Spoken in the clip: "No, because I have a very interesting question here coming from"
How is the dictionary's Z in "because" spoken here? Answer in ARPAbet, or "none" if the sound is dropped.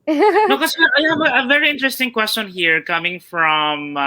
none